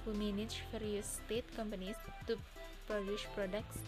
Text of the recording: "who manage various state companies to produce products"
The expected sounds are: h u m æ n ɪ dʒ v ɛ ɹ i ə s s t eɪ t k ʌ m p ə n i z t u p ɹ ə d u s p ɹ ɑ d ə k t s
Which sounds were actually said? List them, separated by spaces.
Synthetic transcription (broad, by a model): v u m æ n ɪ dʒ f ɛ ɹ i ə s s t eɪ t k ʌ m p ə n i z t u p ɹ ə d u ʃ p ɹ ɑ d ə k t s